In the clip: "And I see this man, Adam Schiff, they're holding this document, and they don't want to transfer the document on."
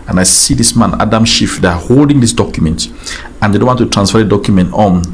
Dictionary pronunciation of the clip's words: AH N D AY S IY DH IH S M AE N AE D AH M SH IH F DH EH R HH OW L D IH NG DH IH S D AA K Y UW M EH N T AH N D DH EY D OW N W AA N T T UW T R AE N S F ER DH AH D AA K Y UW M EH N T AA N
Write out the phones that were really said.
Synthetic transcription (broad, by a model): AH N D AY S IY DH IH S M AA N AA D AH M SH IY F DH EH HH OW L D IH NG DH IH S D AA K Y UW M EH N T AH N D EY D OW N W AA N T T UW T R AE N S F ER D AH D AA K Y UW M EH N T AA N